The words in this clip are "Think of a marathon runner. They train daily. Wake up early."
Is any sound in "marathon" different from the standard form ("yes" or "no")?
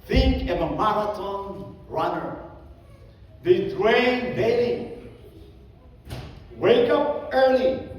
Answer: yes